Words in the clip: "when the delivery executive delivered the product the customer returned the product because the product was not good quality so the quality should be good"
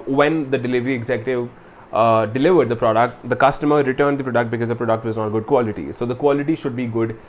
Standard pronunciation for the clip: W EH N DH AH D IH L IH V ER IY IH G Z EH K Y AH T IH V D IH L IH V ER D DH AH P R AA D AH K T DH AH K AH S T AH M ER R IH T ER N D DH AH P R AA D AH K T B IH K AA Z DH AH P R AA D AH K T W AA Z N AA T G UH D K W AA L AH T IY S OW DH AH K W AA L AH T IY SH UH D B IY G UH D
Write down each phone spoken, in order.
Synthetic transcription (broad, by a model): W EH N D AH D IH L IH V ER IY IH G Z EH K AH T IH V D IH L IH V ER D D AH P R AA D AH K T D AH K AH S T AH M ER R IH T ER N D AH P R AA D AH K T B IH K AA Z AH P R AA D AH K T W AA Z N AA T G UH D K W AA L AH T IY S OW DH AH K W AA L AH T IY SH UH D B IY G UH D